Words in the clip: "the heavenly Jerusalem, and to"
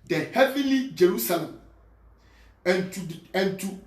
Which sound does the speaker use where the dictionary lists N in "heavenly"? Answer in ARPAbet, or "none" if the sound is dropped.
none